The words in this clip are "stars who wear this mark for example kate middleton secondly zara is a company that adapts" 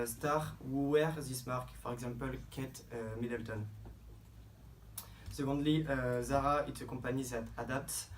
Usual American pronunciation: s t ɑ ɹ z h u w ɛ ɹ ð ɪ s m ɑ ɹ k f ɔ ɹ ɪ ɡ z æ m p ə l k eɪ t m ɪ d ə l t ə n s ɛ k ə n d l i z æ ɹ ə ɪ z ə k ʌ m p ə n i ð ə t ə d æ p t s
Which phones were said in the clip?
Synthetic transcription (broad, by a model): s t ɑ ɹ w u w ɛ ɹ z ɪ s m ɑ ɹ k f ɔ ɹ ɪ ɡ z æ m p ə l k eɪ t m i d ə l t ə n s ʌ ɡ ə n d l i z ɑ ɹ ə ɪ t ə k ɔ p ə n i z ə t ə d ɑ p t